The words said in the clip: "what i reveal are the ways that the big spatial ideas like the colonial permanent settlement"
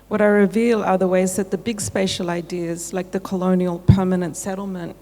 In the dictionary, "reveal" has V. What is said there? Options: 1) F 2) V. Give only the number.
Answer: 2